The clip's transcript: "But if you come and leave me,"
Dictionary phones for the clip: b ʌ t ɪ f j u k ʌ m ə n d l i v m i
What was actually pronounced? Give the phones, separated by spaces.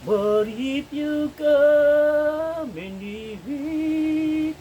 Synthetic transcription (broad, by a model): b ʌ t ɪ p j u k ʌ m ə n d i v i